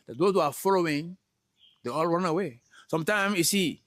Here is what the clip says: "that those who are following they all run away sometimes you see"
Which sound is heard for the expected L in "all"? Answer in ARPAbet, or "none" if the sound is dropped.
L